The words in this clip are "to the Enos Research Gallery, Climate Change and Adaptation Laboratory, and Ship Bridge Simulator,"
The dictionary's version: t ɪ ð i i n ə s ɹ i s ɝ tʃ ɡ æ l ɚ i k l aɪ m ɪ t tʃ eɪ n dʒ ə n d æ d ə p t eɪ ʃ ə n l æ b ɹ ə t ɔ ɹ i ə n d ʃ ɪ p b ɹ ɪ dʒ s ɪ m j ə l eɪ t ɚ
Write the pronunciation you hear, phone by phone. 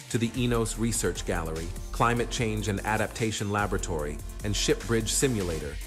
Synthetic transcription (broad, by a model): t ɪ ð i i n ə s ɹ i s ɝ tʃ ɡ æ l ɚ i k l aɪ m ɪ t tʃ eɪ n dʒ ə n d æ d ə p t eɪ ʃ ə n l æ b ɹ ə t ɔ ɹ i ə n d ʃ ɪ p b ɹ ɪ dʒ s ɪ m j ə l eɪ t ɚ